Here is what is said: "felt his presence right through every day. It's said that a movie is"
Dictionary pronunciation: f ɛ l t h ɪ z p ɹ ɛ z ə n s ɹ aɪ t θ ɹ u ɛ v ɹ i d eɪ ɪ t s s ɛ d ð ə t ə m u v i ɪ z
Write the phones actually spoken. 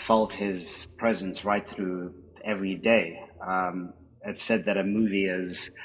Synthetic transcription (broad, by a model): f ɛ l t h ɪ z p ɹ ɛ z ə n s ɹ aɪ t θ ɹ u ɛ v ɹ i d eɪ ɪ t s s ɛ d ð ə t ə m u v i ɪ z